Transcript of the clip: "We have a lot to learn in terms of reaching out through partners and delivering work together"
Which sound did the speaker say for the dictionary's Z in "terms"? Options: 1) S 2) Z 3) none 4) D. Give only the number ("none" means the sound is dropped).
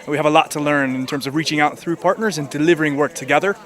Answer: 2